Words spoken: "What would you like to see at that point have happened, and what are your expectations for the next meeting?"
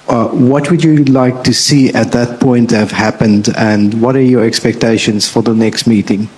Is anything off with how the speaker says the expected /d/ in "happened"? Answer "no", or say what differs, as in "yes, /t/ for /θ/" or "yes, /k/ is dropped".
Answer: no